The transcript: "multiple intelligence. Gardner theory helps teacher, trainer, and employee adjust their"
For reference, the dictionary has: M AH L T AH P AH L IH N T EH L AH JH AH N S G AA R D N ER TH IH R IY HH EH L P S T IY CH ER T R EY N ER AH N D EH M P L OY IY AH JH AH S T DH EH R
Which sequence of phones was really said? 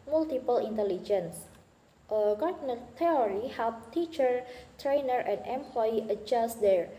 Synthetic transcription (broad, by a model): M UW L T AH P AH L IH N T EH L AH JH AH N S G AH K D N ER T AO R IY HH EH L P T IY CH ER T R EY N ER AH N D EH M P L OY IY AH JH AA S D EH R